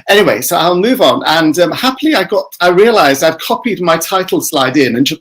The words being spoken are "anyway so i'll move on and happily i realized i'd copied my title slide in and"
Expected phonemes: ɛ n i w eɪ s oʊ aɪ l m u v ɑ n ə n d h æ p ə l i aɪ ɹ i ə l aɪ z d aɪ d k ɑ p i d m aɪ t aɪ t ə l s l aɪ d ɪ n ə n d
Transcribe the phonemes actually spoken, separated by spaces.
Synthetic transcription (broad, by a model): ɛ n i w eɪ s oʊ aɪ l m u v n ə n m h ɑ p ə l i aɪ ɹ i ə l aɪ z d aɪ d k ɑ p i d m aɪ t aɪ t l s l aɪ d ɪ n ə n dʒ